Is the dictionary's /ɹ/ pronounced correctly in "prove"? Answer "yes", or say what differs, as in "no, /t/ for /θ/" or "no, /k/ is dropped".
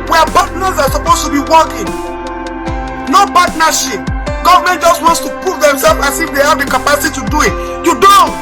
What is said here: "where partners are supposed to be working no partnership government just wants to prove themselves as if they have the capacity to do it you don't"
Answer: no, /ɹ/ is dropped